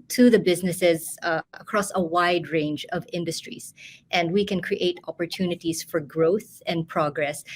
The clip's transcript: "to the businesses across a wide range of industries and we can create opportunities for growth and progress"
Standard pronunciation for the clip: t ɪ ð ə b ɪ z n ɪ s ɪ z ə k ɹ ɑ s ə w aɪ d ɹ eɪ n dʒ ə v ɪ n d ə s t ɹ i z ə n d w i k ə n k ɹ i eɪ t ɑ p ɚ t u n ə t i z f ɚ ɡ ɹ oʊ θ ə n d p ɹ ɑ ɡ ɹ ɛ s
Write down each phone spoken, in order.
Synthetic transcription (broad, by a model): t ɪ ð ə b ɪ z n ɪ s ɪ z ə k ɹ ɑ s ə w aɪ d ɹ eɪ n dʒ ə v ɪ n d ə s t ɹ i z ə n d w i k ə n k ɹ i eɪ t ɑ p ɚ t u n ə t i z f ɚ ɡ ɹ oʊ θ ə n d p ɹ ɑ ɡ ɹ ɛ s